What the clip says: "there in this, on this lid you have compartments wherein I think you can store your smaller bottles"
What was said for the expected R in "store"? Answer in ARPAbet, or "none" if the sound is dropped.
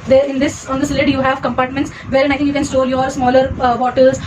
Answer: L